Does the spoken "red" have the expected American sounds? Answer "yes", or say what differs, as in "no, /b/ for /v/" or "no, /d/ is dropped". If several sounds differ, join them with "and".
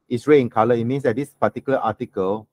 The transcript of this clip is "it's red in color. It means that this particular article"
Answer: no, /d/ is dropped